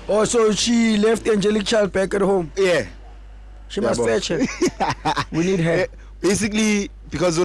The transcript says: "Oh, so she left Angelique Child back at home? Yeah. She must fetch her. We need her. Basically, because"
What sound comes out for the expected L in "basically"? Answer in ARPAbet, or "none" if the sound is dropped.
L